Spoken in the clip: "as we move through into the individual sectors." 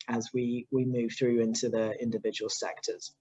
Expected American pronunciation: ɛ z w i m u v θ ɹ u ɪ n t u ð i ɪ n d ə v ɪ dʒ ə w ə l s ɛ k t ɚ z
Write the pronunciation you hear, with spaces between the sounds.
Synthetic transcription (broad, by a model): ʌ z w i m u v θ ɹ u ɪ n t u ð i ɪ n d ə v ɪ dʒ ə w ə l s ɛ k t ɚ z